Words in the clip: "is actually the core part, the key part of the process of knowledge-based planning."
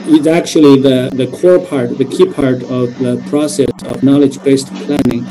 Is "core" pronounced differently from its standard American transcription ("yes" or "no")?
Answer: no